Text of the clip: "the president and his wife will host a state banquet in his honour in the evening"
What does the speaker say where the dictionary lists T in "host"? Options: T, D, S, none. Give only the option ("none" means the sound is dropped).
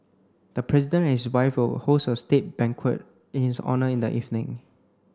none